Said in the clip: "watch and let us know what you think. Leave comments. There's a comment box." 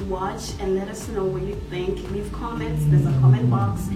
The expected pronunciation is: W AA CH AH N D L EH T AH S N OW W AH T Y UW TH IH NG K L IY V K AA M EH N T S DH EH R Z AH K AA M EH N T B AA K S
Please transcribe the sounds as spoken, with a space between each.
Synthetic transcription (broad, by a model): W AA CH AH N D L EH T AH S N OW W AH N Y UW TH IH NG K N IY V K AA M EH N T S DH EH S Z AH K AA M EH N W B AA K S